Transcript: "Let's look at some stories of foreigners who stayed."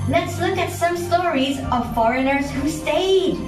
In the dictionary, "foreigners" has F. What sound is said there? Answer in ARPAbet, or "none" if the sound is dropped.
F